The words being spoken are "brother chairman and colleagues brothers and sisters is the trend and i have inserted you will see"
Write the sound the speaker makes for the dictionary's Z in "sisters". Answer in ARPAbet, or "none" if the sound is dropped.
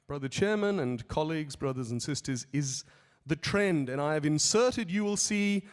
Z